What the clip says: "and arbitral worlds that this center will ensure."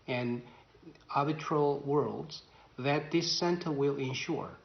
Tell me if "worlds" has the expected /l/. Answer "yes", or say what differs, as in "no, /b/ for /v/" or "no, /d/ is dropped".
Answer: yes